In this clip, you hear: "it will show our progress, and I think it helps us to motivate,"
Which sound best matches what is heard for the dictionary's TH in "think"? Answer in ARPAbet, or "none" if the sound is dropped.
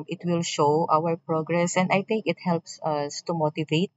T